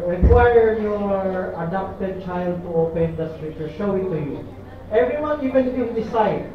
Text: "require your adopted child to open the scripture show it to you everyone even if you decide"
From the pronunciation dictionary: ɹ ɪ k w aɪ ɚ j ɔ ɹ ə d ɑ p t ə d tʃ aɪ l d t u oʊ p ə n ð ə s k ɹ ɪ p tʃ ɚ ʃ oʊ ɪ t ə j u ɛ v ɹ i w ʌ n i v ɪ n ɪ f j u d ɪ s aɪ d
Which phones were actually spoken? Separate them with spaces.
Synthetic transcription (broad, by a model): ɹ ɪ k w aɪ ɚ j ɔ ɹ ə d ɑ p t ə d tʃ aɪ l d t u oʊ p ə n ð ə s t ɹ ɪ tʃ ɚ ʃ oʊ ɪ t ə j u ɛ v ɹ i w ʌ n i v ɪ n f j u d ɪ s aɪ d